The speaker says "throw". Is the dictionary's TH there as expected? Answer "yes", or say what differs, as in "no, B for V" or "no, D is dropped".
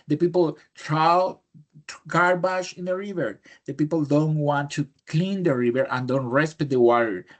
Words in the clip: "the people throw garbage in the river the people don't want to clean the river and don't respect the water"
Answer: no, T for TH